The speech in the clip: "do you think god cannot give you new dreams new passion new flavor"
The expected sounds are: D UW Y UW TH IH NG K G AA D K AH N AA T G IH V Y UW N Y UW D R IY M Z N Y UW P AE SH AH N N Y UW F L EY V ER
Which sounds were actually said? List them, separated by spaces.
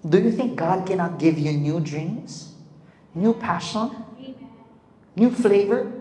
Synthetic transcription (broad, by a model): D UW Y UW TH IH NG K G AA D K AH N AA T G IH V Y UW N Y UW D R IY M Z N Y UW P AE SH AH N N Y UW F L EY V ER